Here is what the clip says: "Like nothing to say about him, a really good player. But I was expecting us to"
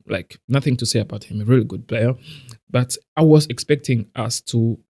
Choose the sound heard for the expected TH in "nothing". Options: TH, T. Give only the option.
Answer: TH